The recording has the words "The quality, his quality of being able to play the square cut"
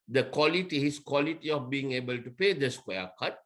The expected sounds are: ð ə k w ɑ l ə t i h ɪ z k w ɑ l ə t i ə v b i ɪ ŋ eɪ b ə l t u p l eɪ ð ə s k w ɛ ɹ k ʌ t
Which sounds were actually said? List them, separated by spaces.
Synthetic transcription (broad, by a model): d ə k w ɑ l ə t i h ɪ s k w ɑ l ə t i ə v b i ɪ ŋ eɪ b ə l t u p eɪ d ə s k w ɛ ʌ k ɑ t